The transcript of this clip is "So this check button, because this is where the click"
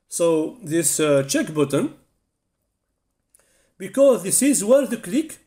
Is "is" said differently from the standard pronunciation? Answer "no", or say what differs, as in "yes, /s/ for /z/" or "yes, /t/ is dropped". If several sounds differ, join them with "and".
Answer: no